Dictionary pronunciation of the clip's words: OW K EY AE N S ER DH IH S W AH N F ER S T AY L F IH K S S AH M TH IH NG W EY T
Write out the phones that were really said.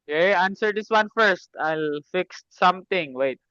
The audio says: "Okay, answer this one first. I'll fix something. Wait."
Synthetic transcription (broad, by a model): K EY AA N S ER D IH S W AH N F ER S T AY L F IH K S S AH M T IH NG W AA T